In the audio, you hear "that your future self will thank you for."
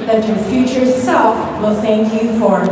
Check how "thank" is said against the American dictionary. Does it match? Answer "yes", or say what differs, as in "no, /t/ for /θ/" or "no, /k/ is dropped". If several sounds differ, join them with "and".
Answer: yes